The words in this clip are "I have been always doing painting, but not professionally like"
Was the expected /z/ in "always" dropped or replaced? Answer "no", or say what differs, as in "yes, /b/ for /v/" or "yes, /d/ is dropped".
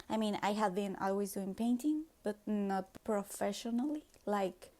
no